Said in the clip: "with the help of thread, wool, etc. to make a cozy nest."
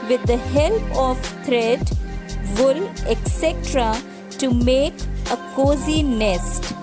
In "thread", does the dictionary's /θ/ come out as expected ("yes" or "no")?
no